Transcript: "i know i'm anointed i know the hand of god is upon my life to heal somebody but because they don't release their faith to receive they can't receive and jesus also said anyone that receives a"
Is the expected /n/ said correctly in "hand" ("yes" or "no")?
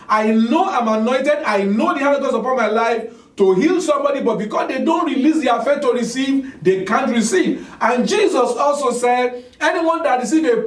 no